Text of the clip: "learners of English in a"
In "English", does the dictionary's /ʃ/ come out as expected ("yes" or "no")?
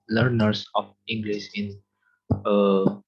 no